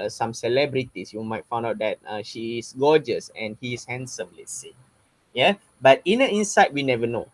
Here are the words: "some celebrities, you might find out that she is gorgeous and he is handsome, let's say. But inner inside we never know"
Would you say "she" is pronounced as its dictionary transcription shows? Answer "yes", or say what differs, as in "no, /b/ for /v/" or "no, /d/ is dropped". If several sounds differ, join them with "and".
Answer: yes